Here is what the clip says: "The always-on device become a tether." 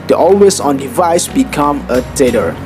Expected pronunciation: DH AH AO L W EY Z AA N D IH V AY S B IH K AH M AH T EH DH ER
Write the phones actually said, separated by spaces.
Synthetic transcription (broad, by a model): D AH AO L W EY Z AA N D IH V AY S B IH K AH M AH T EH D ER